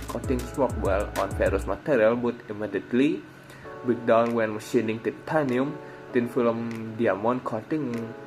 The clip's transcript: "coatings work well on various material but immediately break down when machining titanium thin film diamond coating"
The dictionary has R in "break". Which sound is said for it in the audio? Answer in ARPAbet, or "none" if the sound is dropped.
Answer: none